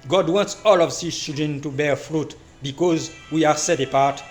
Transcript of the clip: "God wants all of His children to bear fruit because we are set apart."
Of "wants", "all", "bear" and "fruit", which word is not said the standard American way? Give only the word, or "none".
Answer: none